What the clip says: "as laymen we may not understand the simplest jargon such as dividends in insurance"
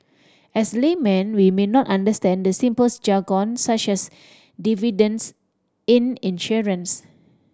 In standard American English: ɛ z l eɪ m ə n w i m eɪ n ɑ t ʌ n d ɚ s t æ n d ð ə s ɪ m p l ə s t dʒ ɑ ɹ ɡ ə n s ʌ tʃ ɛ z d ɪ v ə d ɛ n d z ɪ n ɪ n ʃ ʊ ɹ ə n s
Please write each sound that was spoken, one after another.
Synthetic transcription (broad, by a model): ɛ s l eɪ m ə n w i m eɪ n ɑ t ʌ n d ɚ s t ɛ n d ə s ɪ m p ə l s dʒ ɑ ɡ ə n s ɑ tʃ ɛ s d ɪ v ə d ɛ n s ɪ n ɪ n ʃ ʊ ɹ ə n s